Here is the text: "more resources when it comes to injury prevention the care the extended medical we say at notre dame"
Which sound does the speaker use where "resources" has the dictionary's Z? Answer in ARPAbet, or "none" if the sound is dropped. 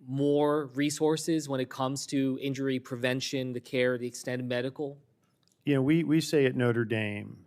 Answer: Z